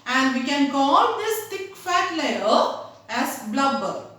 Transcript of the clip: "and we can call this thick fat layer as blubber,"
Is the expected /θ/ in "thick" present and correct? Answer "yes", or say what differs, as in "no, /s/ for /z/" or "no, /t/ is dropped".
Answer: no, /t/ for /θ/